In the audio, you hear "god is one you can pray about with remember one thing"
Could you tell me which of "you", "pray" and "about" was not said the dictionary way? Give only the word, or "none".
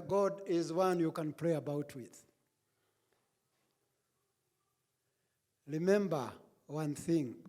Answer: pray